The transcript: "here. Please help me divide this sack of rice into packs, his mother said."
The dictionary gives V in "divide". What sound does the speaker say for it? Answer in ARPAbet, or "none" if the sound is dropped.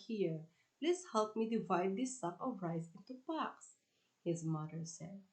V